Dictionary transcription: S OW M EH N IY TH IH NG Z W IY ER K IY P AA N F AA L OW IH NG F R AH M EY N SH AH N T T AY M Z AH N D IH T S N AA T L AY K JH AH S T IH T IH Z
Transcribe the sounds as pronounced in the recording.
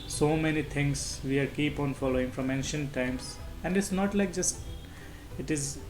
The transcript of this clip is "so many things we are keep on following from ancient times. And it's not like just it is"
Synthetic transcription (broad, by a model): S OW M EH N IY T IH NG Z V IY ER K IY P AA N F AA L OW IH NG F R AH M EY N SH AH N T T AY M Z AH N D IH T S N AA T L AY K JH AH S T IH T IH Z